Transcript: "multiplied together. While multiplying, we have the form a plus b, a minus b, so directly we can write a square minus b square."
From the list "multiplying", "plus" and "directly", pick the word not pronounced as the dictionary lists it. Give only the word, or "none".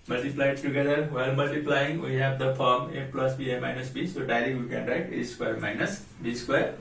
directly